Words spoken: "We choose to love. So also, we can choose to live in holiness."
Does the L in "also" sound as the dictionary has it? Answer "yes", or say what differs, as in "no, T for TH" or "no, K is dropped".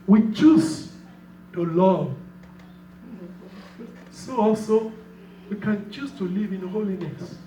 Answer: yes